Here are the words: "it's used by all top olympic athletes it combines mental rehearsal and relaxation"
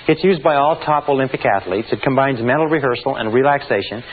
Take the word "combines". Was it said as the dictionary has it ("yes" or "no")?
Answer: yes